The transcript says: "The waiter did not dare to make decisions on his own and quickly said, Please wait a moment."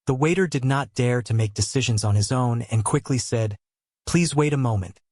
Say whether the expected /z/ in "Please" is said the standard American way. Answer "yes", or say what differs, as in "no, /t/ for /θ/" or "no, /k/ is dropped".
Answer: yes